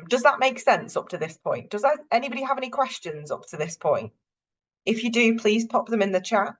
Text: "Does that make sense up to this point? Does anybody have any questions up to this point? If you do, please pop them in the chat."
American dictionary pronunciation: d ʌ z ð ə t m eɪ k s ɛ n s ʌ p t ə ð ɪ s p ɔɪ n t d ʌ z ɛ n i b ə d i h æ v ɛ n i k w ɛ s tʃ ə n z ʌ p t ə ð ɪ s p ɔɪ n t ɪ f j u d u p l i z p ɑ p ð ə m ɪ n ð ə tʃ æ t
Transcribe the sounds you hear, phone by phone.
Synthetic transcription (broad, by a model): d ʌ z ð ə t m eɪ k s ɛ n s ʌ p t ə ð ɪ s p ɔɪ n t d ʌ z ɛ n i b ə d i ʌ v ɛ n i k w ɛ s tʃ ə n z ʌ p t ə ð ɪ s p ɔɪ n t ɪ f j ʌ d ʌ p l i z p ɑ p ð ə m ɪ n ð ə tʃ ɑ t